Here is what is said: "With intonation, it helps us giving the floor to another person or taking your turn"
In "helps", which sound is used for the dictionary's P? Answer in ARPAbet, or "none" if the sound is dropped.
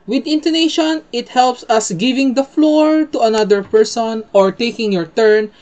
P